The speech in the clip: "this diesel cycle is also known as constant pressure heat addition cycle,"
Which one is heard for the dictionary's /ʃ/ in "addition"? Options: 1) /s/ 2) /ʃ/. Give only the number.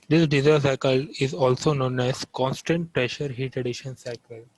2